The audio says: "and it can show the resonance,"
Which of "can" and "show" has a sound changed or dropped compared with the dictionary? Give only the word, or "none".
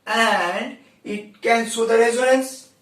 show